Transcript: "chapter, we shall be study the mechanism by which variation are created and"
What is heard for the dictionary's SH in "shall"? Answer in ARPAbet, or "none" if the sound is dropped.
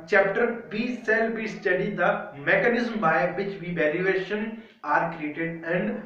S